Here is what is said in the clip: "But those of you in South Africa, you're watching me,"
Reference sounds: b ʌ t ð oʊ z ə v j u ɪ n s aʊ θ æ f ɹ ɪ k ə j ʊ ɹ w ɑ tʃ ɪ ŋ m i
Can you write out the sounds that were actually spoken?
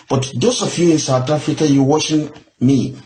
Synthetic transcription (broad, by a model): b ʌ t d oʊ s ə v j u ɪ n s aʊ t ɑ f ɹ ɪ k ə j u w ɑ ʃ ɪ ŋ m i